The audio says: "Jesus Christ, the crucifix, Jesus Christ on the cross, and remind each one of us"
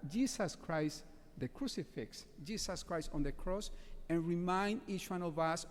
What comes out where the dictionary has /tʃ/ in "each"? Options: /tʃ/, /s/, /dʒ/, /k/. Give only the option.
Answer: /tʃ/